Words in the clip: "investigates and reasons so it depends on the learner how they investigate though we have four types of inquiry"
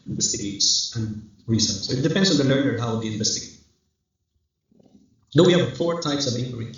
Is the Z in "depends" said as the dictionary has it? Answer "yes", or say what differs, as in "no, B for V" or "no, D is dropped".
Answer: no, S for Z